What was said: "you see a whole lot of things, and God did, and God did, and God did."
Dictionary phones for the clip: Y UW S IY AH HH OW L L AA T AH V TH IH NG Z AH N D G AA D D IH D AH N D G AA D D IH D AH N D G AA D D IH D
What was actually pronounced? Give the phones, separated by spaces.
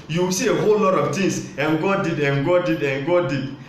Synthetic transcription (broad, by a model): Y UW S IY AH HH OW L L AA T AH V T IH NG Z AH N G AA D D IH D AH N G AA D D IH D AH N G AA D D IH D